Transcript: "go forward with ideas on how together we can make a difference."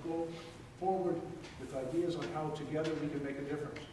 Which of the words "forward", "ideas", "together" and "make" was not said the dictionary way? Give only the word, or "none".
none